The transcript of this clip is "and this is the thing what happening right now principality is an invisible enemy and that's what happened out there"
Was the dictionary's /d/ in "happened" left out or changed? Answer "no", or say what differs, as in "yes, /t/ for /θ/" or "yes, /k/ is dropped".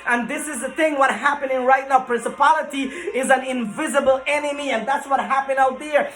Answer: yes, /d/ is dropped